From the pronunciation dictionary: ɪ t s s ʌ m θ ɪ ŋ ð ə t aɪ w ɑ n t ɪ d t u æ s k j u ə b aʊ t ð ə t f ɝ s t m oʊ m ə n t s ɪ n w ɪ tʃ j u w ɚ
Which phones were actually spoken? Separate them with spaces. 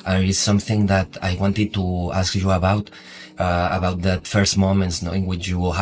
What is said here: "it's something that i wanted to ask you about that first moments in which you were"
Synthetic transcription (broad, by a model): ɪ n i s ʌ m θ ɪ ŋ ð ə t aɪ w ɑ n t ɪ d t u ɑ s k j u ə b aʊ t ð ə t f ɝ s t m oʊ m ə n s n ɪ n w ɪ tʃ j u